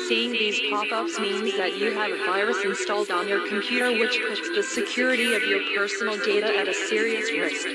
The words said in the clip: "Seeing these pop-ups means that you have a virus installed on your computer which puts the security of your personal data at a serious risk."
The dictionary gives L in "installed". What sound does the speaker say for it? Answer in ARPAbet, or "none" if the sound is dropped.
L